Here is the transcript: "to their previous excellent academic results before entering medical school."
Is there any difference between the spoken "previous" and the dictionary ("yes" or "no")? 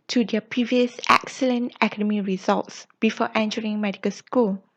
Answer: no